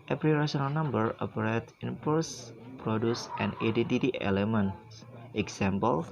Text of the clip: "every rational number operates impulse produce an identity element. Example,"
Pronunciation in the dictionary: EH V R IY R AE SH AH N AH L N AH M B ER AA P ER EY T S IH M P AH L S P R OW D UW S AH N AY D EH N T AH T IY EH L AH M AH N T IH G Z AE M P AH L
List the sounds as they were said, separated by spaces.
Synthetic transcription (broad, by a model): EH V R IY R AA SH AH N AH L N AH M B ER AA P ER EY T IH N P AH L S P R OW D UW S AH N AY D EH N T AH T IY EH L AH M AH N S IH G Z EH M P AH L